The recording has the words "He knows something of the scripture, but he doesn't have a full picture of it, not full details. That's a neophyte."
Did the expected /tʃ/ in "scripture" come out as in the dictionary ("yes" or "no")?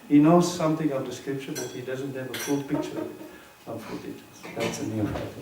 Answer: no